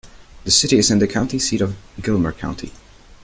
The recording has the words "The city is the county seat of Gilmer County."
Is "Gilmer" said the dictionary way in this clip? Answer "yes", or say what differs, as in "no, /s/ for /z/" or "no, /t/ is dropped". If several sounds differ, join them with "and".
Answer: yes